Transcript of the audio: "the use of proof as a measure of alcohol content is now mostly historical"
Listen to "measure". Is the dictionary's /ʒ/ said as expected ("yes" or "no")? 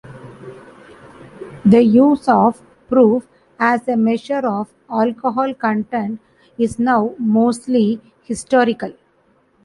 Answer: no